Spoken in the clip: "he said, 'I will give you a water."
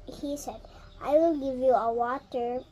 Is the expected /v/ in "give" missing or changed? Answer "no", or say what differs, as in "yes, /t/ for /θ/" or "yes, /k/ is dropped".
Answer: no